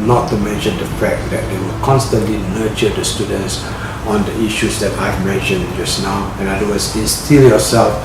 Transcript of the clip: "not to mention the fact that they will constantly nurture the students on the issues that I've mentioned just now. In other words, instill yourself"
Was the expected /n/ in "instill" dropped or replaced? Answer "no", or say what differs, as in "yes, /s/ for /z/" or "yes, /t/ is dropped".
yes, /n/ is dropped